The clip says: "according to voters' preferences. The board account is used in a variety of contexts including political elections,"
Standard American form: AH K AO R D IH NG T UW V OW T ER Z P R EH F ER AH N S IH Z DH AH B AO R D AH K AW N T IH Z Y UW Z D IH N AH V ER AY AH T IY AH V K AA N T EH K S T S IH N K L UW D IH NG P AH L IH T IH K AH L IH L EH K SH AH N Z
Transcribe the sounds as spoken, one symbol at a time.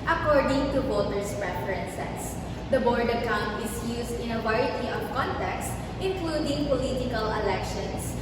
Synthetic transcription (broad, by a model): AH K AO R D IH NG T UW B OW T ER S P R EH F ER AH N S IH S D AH B AO R D AH K AW N T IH S Y UW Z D IH N AH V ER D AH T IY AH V K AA N T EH K S T IH N K L UW D IH NG P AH L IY T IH K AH L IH L EH K SH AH N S